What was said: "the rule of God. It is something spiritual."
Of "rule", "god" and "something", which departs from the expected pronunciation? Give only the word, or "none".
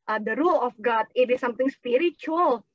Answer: something